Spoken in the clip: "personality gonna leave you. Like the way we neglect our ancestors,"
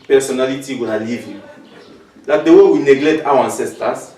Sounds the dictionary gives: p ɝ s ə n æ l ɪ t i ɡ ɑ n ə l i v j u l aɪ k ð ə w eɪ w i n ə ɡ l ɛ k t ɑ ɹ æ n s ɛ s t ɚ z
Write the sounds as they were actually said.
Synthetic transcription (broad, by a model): p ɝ s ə n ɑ l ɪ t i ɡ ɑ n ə l i v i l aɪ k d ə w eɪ w i n ə ɡ l ɛ k t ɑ w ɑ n s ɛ s t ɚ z